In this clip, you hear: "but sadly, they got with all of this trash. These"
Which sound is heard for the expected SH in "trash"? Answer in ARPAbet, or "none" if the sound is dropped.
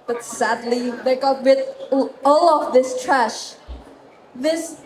SH